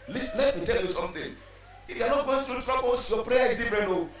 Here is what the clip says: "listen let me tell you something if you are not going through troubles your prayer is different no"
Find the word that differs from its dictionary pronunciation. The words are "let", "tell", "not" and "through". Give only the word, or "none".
through